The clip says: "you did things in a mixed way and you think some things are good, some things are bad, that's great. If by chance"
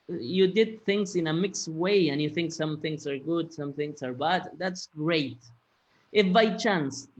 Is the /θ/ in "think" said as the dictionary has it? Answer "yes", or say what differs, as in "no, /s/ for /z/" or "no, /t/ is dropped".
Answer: yes